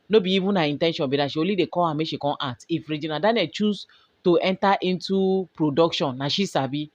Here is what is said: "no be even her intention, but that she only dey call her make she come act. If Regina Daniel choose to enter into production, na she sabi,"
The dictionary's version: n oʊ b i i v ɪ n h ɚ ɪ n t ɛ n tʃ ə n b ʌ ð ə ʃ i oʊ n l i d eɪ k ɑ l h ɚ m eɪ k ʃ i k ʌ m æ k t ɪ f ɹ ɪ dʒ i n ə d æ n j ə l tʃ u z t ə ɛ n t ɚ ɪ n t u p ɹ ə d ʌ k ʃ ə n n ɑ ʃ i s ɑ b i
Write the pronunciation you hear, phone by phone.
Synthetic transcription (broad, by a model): n oʊ b i i v ɪ n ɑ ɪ n t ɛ n ʃ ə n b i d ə ʃ i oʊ l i d eɪ k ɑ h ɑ m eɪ ʃ i k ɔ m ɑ t ɪ f ɹ ɪ dʒ i n ə d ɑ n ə tʃ u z t ə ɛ n t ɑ ɪ n t u p ɹ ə d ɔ k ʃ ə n n ɑ ʃ i s ɑ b i